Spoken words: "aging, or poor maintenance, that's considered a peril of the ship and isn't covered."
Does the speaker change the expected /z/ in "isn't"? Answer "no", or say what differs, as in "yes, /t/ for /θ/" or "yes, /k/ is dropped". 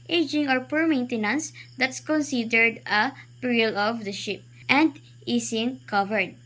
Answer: yes, /s/ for /z/